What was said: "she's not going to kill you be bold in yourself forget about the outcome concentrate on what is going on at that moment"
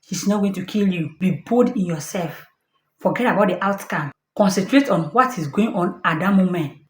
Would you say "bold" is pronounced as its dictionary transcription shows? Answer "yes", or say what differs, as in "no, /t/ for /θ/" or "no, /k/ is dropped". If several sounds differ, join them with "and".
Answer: no, /l/ is dropped